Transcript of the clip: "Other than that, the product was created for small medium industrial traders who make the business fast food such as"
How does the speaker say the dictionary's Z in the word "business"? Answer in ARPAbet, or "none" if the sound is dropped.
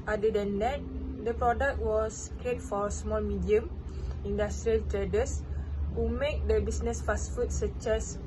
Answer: S